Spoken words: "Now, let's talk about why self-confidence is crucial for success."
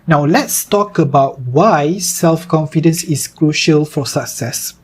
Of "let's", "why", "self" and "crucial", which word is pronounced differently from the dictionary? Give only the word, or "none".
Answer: none